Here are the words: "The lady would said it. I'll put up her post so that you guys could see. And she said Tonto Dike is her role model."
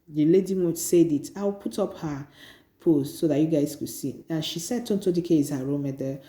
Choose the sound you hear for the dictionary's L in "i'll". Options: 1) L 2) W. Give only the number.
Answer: 2